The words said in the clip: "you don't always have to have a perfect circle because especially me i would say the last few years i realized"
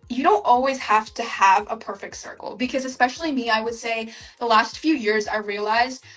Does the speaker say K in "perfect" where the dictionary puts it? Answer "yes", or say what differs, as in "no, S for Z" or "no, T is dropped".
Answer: yes